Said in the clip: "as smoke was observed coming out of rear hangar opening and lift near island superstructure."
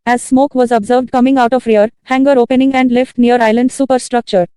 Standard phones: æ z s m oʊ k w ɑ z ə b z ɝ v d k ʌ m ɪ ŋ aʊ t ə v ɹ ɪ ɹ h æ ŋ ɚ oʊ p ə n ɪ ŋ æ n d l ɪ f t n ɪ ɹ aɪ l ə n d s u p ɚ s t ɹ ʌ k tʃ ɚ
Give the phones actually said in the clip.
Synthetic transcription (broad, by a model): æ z s m oʊ k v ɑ z ə b z ɝ v d k ʌ m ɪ ŋ aʊ t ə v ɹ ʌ ɹ h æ ŋ ɚ oʊ p ə n ɪ ŋ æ n d l ɪ f t n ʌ ɹ aɪ l ə n d s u p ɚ s t ɹ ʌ k tʃ ɚ